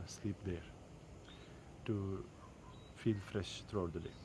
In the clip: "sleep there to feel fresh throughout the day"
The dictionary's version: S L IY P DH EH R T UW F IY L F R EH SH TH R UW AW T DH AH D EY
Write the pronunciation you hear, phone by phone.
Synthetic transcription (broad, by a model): S L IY P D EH R T UW F IY L F R EH SH T R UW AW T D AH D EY